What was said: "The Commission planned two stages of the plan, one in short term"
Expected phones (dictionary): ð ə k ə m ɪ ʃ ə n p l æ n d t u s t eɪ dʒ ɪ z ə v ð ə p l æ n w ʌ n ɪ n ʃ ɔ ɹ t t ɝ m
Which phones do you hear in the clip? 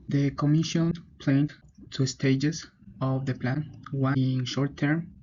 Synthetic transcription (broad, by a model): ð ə k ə m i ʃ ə n p l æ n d t u s t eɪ dʒ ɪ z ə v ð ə p l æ n w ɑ ɪ n ʃ ɔ ɹ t t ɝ m